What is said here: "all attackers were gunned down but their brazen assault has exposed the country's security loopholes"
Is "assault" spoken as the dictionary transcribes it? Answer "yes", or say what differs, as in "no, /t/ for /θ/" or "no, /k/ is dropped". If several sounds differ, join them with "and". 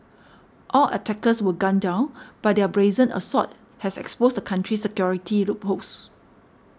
no, /l/ is dropped